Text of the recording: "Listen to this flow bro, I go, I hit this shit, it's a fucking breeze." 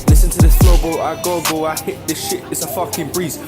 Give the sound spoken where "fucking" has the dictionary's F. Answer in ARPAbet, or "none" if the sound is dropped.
F